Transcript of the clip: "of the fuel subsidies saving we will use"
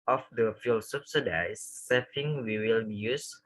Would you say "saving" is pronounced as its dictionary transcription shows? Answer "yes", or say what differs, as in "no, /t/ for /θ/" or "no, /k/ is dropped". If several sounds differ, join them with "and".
no, /f/ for /v/